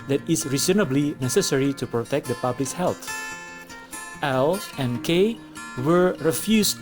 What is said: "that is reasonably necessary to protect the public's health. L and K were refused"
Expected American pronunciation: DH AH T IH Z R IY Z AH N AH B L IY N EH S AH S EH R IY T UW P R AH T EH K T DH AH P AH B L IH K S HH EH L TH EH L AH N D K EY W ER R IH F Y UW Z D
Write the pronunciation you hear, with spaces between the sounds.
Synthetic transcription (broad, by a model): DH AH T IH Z R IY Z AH N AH B L IY N EH S AH S EH R IY T UW P R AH T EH K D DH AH P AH B L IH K HH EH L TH EH L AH N K EY W ER R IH F Y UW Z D